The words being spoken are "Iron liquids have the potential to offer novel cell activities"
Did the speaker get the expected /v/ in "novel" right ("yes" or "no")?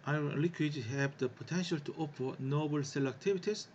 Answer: no